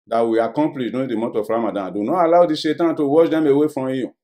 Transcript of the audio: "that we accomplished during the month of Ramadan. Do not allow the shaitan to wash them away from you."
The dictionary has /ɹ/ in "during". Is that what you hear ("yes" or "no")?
no